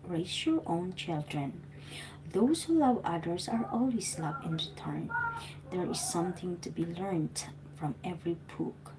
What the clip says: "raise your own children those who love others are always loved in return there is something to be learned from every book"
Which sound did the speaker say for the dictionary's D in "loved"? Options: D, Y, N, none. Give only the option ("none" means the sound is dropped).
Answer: none